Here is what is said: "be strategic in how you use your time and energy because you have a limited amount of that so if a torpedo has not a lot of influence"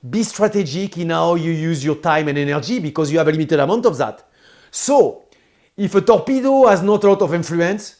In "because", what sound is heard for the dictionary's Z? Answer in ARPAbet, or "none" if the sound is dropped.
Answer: Z